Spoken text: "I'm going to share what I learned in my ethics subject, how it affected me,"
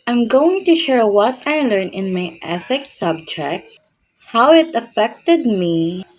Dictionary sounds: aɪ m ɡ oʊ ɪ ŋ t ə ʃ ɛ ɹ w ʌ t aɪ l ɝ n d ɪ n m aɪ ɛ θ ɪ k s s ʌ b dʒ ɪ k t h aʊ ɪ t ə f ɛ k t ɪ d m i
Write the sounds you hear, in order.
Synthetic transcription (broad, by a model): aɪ m ɡ oʊ ɪ ŋ t ə ʃ ɛ ɹ w ʌ t aɪ l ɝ n ɪ n m aɪ ɛ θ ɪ k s s ʌ b dʒ ɪ k t h aʊ ɪ t ə f ɛ k t ɪ d m i